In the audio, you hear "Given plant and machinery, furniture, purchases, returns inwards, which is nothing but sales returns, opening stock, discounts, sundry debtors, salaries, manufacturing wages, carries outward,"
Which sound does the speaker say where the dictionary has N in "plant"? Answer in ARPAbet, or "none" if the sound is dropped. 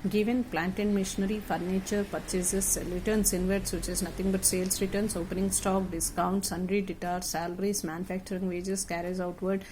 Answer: N